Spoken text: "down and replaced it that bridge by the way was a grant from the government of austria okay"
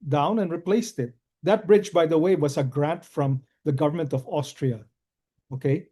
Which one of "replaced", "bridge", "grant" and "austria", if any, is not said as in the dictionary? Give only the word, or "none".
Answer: none